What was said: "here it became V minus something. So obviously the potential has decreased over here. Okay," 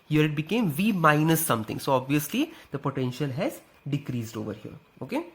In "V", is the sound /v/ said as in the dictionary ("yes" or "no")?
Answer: yes